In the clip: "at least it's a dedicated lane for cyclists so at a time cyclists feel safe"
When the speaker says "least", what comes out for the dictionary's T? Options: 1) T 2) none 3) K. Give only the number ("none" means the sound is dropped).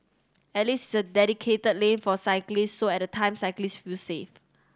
2